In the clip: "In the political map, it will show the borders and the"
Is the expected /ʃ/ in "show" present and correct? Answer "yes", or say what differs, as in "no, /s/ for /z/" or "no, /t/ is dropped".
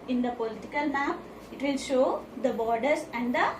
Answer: yes